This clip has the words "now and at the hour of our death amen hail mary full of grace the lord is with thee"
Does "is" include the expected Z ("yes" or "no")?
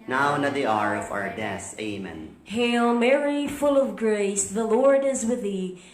yes